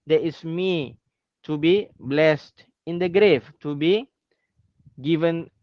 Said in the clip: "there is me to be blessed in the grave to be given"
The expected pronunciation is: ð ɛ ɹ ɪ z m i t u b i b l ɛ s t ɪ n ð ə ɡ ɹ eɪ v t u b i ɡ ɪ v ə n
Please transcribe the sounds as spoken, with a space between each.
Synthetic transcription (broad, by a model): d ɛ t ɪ s m i t u b i b l ɛ s t ɪ n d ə ɡ ɹ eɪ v t u b i ɡ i v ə n